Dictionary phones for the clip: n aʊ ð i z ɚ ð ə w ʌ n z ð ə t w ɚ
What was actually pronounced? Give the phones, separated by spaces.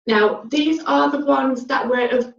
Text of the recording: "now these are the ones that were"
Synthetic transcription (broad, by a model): n aʊ ð i z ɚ ð ə w ʌ n z ð ə t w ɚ